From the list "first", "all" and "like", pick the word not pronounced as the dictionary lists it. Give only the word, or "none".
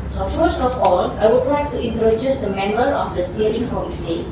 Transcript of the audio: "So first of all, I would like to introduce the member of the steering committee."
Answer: first